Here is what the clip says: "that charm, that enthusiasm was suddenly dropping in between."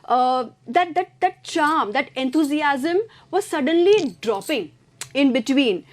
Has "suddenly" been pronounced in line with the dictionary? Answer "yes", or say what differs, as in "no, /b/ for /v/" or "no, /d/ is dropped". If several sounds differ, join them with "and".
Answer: yes